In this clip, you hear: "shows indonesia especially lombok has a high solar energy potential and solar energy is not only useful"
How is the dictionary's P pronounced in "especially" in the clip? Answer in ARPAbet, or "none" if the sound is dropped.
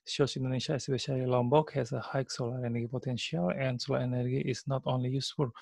B